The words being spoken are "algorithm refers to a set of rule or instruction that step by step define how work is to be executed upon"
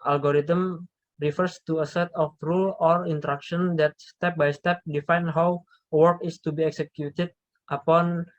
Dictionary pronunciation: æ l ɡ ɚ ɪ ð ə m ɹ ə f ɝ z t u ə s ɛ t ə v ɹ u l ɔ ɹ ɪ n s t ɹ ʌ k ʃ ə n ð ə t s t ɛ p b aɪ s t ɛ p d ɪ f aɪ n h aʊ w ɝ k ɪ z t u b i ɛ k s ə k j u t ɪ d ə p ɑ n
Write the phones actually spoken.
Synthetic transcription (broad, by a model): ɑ l ɡ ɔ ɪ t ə m ɹ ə f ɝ s t u ə s ɛ t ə f ɹ u l ɔ ɹ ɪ n t ɹ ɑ k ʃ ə n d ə t s t ɛ p b aɪ s t ɛ p d ɪ f aɪ n h aʊ w ɝ k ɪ s t u b i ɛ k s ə k j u t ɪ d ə p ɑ n